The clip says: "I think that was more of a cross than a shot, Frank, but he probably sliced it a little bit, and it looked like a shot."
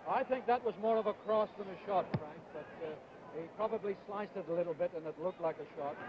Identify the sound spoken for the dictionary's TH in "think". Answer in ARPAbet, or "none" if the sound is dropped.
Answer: TH